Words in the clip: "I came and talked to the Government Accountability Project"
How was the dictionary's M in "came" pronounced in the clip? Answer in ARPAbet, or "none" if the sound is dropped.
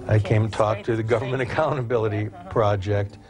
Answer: none